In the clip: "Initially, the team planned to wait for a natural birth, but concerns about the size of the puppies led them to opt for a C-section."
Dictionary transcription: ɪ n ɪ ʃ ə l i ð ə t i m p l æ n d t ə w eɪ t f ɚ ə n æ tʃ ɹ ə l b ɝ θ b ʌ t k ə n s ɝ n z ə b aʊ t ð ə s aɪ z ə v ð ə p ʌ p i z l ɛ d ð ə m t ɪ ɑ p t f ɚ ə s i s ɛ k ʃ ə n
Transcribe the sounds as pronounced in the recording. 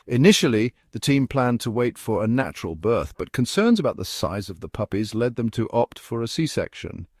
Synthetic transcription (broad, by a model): ɪ n ɪ ʃ l i ð ə t i m p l æ n t ə w eɪ t f ɚ ə n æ tʃ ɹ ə l b ɝ θ b ʌ t k ə n s ɝ n z ə b aʊ t ð ə s aɪ z ə v ð ə p ʌ p i z l ɛ d ð ə m t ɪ ɑ p t f ɚ ə s i s ɛ k ʃ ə n